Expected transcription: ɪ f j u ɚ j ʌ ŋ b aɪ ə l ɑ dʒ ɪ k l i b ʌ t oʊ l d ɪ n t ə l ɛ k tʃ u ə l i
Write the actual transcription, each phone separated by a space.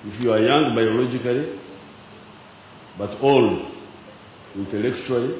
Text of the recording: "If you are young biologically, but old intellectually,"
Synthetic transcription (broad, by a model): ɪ f j u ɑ j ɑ ŋ b aɪ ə l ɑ dʒ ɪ k l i b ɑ t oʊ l i n t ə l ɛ k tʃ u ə l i